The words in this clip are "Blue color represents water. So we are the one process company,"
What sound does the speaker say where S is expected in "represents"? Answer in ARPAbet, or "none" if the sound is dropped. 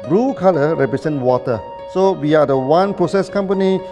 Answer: none